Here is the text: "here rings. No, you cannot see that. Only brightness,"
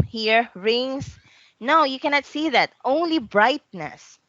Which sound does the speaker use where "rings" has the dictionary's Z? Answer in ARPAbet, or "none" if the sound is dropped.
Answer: S